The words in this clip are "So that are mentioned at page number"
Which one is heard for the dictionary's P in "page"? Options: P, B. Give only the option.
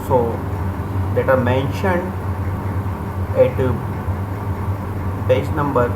B